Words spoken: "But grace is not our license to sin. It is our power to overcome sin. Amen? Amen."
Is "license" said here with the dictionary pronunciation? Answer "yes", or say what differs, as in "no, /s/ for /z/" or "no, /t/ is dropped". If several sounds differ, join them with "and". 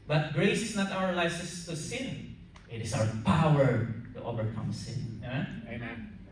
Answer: no, /n/ is dropped